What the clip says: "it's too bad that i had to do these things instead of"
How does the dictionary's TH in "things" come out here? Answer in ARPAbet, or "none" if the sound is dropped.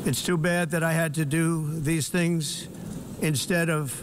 TH